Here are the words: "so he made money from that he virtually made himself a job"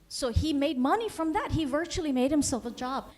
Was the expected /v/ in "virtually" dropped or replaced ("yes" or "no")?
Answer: no